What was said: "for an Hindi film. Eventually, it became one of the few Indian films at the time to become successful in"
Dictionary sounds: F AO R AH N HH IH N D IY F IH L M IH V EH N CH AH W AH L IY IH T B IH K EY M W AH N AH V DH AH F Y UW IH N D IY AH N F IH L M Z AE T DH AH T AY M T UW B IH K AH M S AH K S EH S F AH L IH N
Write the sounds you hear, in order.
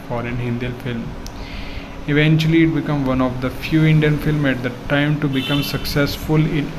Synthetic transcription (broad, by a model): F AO R AH N HH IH N D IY F IH L M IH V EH N CH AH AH L IY IH T B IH K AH M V AH N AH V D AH F Y UW IH N D IY AH N F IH L M AE T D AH T AY M T UW B IH K AH M S AH K S EH S F AH L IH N